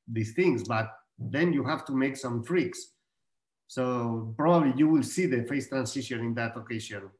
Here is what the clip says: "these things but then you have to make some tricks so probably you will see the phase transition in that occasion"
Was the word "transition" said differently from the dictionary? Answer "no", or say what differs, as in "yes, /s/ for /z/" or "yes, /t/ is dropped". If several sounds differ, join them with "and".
yes, /s/ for /z/